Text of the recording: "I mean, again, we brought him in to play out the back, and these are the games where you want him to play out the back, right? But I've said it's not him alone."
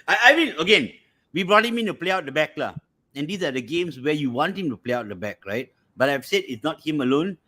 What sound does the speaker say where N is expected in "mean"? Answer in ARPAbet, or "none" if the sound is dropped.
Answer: L